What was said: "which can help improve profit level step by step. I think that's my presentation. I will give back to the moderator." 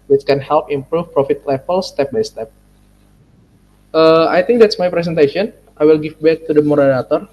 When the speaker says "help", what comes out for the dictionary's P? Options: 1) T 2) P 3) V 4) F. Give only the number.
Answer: 2